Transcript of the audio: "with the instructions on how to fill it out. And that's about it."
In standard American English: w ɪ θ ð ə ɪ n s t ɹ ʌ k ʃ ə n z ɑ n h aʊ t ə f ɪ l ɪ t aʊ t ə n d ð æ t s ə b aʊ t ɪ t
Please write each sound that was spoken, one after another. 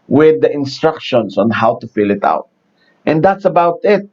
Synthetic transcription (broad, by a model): w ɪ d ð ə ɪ n s t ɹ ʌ k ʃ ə n s ɑ n h aʊ t ə f ɪ l ɪ t aʊ t ə n d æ t s ə b aʊ t ɪ t